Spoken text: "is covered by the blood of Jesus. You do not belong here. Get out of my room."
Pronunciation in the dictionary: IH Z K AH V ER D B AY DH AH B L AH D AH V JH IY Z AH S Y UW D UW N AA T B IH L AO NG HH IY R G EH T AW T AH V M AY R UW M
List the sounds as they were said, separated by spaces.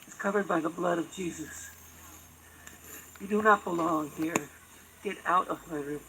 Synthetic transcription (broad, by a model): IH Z K AH V ER D B AY DH AH B L AH D AH V JH IY Z AH S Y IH D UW N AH T B IH L AO NG HH IY R G EH T AW T AH V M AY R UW